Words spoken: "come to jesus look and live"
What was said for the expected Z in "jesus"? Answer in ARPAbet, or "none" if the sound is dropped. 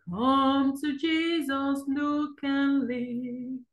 Z